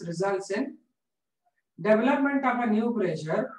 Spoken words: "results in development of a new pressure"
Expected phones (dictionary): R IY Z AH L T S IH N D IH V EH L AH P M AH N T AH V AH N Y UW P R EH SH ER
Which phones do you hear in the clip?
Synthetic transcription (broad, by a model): R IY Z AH L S IH N D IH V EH L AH P M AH N T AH P AH N Y UW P R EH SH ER